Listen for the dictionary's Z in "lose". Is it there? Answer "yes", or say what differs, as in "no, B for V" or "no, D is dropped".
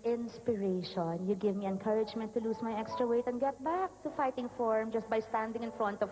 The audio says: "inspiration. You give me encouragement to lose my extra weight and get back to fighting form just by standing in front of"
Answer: no, S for Z